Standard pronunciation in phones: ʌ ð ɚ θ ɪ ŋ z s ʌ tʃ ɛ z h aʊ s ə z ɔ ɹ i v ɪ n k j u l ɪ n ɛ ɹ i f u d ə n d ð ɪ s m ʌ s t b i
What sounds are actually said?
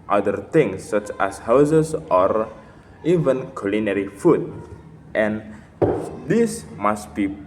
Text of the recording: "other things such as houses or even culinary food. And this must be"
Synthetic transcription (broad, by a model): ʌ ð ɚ t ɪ ŋ s ʌ tʃ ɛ s h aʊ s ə s ɔ ɹ i v ɪ n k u l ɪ n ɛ ɹ i f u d ə n d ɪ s m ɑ s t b i